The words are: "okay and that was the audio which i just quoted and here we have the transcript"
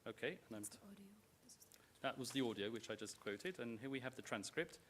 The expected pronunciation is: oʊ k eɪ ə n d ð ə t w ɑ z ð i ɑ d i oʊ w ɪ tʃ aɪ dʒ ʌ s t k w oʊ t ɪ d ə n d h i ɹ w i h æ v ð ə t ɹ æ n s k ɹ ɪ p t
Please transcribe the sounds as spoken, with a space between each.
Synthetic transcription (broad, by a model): oʊ k eɪ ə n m ð ə t w ɑ z ð i ɑ d i oʊ w ɪ tʃ aɪ dʒ ʌ s k w oʊ t ɪ d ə n h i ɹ w i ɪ v ð ə t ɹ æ n s k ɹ ɪ p t